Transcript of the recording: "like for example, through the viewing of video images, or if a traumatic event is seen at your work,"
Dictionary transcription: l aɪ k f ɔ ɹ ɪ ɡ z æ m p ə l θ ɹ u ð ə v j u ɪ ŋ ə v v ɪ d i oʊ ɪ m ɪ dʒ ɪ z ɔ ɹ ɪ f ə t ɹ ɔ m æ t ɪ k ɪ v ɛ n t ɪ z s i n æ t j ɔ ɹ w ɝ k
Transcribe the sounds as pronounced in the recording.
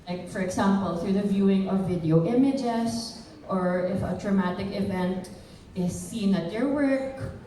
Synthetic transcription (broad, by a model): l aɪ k f ɔ ɹ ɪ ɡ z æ m p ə l θ ɹ u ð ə v j u ɪ ŋ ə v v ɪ d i oʊ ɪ m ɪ dʒ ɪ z ɔ ɹ ɪ f ə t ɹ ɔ m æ t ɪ k ɪ v ɛ n t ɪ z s i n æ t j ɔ ɹ w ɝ k